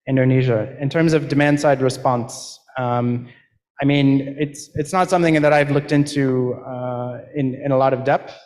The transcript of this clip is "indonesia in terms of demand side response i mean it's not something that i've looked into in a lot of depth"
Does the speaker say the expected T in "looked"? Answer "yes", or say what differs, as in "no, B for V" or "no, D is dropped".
yes